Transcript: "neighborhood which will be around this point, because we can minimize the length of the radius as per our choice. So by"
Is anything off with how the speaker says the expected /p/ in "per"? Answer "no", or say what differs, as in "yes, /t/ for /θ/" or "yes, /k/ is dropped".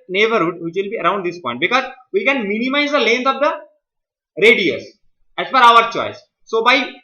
yes, /f/ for /p/